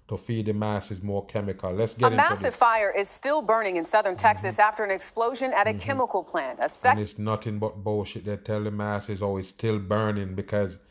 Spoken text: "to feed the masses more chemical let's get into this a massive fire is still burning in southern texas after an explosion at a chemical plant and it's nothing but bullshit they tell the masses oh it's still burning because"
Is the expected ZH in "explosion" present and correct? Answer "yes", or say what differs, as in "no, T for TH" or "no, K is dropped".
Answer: yes